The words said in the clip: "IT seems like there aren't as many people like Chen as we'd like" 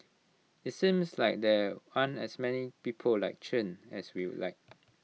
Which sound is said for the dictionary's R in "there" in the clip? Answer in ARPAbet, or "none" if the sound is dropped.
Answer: W